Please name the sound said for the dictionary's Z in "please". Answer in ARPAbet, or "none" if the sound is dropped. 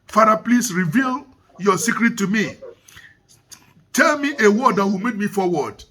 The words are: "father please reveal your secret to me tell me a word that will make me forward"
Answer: S